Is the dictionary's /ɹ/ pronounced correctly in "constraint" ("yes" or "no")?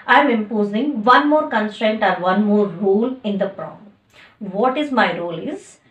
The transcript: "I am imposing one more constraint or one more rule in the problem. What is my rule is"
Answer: yes